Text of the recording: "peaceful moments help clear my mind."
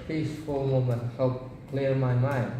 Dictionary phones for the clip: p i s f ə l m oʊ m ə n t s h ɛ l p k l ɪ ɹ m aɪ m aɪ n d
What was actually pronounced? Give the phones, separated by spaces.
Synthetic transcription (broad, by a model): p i s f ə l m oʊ m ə n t h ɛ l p k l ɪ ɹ m aɪ m aɪ n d